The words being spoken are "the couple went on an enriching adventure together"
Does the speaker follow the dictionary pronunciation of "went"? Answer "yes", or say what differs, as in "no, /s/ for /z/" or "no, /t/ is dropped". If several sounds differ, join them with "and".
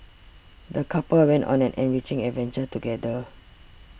yes